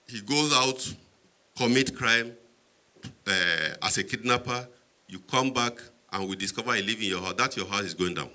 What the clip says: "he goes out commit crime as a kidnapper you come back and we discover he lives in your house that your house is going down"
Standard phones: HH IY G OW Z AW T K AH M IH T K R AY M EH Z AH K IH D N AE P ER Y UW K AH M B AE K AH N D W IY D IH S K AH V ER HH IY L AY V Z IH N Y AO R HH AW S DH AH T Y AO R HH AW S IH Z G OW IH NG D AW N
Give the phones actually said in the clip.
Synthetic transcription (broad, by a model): HH IY G OW Z AW T K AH M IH T K R AY M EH S AH K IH D N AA P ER Y UW K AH M B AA K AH N W IY D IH S K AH V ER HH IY L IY V IH N Y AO HH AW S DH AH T Y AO HH AW S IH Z G OW IH NG D AW N